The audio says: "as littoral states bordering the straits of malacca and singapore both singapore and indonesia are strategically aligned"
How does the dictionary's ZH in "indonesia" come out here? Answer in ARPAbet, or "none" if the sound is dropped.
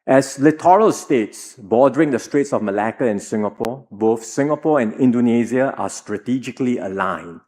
Z